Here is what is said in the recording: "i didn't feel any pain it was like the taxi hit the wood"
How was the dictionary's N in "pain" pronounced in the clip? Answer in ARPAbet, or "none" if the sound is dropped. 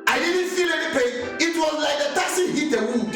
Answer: none